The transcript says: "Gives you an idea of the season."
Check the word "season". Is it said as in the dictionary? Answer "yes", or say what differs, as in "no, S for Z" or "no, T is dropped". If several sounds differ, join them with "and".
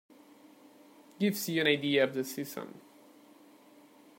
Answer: no, S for Z